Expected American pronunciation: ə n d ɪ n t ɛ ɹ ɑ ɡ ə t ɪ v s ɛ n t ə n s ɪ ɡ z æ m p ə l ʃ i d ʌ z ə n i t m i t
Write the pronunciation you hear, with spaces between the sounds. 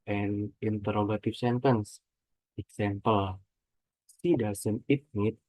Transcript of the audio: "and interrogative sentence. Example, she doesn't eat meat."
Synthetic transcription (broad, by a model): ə n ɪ n t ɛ ɹ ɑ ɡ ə t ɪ f s ɛ n t ə n s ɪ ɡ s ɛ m p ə l s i d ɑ s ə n i t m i t